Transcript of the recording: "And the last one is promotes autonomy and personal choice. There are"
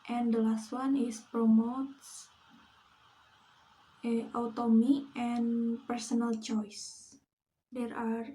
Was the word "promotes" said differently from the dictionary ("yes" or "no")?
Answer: no